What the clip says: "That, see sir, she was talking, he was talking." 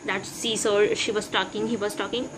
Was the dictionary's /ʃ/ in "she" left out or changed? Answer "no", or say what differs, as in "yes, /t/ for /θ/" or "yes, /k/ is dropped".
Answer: no